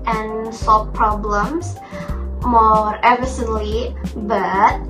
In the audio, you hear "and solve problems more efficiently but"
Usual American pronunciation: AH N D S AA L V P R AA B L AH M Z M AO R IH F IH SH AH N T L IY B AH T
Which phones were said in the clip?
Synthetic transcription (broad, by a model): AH N S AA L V P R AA B L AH M S M AO R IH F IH S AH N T L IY B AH T